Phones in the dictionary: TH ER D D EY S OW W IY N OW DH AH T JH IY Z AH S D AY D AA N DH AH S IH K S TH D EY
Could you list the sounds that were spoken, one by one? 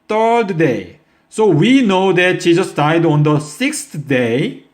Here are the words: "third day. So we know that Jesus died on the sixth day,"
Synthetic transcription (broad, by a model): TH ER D D EY S OW W IY N OW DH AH T SH IY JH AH S D AY D AA N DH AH S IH K S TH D EY